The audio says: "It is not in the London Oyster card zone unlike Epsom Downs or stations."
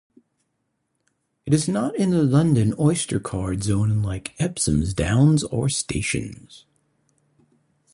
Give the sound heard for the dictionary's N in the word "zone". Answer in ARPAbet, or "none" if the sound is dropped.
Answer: none